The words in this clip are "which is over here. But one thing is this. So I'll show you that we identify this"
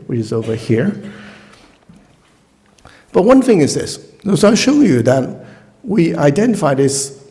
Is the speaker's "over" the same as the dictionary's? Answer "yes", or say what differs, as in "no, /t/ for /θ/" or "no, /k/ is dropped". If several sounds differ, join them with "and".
yes